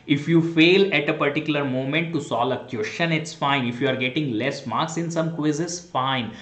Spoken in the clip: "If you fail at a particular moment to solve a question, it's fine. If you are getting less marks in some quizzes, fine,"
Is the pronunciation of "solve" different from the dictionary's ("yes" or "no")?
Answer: yes